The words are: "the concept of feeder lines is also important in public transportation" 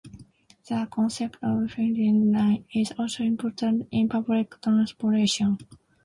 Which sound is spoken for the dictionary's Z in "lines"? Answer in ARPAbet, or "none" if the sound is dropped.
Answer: none